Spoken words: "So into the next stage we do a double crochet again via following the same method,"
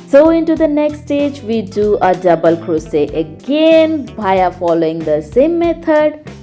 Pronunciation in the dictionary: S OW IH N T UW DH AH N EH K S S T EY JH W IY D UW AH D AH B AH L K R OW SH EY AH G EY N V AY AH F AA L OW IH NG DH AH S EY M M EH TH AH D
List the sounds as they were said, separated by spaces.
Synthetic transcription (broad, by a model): S OW IH N T UW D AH N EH K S S T EY JH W IY D UW AH D AH B AH L K R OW EY AH G EY N B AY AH F AA L OW IH NG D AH S EY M M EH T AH D